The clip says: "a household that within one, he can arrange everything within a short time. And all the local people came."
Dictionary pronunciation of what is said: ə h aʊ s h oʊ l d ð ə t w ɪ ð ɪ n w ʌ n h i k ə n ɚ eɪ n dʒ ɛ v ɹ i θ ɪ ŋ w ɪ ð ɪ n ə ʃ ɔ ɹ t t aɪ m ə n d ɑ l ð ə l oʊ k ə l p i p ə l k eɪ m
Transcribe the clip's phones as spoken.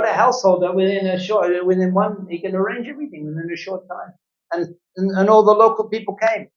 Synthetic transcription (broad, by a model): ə h aʊ s h oʊ l d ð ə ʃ w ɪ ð ɪ n w ʌ n h i k ə n ɚ eɪ n dʒ ɛ v ɹ i θ ɪ ŋ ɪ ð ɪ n ə ʃ ɔ ɹ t t aɪ m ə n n ɑ l ð ə l oʊ k l p i p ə l k eɪ m